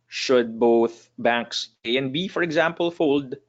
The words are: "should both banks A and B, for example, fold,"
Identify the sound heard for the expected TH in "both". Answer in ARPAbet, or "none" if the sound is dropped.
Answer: TH